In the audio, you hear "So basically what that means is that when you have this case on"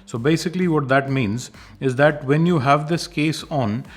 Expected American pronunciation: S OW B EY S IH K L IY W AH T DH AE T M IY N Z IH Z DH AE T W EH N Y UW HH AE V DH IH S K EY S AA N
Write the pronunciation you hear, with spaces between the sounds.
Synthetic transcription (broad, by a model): S OW B EY S IH K L IY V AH T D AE T M IY N Z IH Z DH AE T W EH N Y UW HH AE V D IH S K EY S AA N